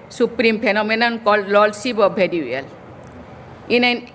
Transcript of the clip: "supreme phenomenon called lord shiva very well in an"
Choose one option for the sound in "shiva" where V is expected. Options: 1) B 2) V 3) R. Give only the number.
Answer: 1